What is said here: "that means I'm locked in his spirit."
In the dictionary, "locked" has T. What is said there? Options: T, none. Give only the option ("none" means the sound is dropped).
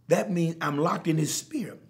T